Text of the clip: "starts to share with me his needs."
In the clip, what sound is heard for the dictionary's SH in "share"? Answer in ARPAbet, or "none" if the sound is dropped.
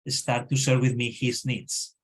S